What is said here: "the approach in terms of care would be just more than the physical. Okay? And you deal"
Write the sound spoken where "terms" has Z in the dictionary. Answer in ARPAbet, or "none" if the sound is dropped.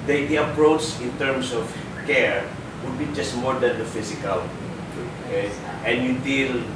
S